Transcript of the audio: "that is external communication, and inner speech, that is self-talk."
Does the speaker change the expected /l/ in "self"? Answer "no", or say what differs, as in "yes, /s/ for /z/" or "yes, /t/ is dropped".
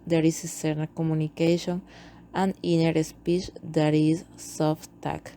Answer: yes, /l/ is dropped